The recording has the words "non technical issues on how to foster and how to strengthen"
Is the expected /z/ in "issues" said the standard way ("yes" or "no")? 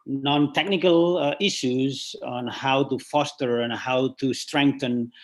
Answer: yes